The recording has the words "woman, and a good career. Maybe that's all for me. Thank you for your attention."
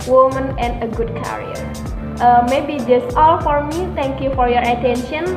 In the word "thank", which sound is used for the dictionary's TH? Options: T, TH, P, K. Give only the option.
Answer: T